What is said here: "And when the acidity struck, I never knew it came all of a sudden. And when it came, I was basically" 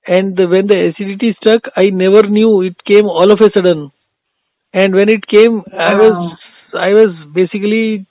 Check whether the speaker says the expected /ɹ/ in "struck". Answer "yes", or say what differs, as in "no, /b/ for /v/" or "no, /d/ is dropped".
no, /ɹ/ is dropped